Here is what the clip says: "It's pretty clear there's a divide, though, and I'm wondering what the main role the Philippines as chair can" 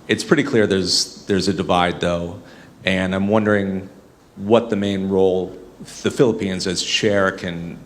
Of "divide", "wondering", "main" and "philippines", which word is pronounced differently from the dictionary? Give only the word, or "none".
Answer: none